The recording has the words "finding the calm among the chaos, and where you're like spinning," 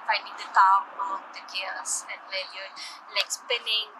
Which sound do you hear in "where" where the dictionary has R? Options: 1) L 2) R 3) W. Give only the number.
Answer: 1